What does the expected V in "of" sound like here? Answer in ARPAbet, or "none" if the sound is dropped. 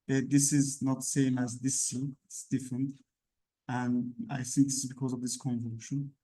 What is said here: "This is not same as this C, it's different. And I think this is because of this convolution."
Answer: V